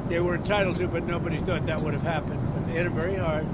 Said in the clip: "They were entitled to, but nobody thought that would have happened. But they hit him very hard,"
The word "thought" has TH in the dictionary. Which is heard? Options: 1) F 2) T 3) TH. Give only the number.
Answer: 3